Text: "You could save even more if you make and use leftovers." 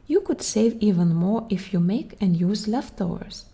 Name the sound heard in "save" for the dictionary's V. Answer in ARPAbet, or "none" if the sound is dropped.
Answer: V